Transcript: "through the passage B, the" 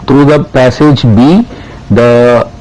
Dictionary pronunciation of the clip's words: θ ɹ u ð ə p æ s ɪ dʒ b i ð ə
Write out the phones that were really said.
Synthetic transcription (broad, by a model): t ɹ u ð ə p æ s ɪ dʒ b i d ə